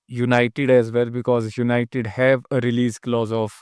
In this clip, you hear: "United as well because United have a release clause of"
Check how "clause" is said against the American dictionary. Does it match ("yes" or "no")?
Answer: yes